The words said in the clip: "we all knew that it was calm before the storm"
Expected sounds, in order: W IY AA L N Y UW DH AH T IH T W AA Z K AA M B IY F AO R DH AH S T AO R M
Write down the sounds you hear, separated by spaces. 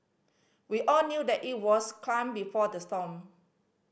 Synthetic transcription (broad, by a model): W IY AA L N Y UW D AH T IH T W AA S K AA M B IY F AO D AH S T AO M